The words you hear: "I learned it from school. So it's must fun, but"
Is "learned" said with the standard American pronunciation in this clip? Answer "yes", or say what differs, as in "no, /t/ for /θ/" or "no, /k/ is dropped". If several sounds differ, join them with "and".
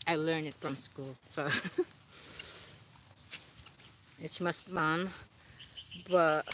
no, /d/ is dropped